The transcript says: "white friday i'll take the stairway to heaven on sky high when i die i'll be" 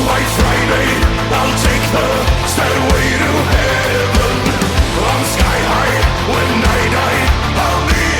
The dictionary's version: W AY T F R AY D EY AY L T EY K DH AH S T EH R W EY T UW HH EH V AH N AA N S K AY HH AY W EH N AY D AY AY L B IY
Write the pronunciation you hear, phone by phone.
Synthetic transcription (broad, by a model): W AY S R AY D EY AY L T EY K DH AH S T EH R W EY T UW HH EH AH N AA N S K AY HH AY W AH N AY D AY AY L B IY